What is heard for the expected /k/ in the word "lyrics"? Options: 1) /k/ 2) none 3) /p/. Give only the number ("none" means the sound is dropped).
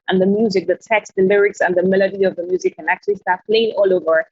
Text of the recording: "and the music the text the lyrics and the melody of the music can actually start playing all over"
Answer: 1